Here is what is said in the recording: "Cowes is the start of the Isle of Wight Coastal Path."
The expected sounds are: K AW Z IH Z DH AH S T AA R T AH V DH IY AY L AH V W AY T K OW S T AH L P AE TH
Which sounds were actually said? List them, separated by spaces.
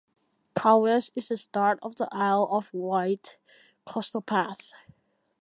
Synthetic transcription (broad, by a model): K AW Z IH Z DH AH S T AA R T AH V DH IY AY L AH V W AY T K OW S T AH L P AE TH